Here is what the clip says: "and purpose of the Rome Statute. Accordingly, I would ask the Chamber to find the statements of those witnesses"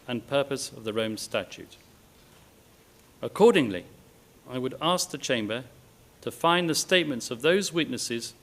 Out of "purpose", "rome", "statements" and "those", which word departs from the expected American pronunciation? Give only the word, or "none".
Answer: none